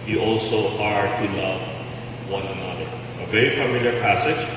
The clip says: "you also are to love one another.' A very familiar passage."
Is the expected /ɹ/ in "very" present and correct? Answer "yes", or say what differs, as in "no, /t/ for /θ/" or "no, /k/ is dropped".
no, /ɹ/ is dropped